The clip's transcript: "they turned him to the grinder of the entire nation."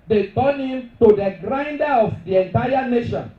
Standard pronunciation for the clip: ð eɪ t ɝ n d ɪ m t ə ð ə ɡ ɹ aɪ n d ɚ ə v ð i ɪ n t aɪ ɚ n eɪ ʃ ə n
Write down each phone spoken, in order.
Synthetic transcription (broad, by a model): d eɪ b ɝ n ɪ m t ə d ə ɡ ɹ aɪ n d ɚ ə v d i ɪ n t aɪ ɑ n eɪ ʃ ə n